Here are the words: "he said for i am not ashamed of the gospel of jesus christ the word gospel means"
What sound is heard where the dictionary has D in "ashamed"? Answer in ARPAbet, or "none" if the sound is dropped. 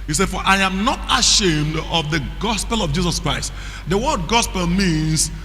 D